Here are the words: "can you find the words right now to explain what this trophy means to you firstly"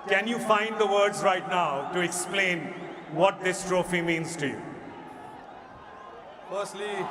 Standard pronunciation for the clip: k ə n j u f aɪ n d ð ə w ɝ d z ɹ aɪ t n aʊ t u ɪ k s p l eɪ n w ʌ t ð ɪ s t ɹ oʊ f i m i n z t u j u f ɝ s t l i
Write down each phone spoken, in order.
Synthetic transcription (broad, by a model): k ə n j u f aɪ n d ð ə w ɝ d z ɹ aɪ t n aʊ t u ɪ k s p l eɪ n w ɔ t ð ɪ s t ɹ oʊ f i m i n z t u j u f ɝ s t l i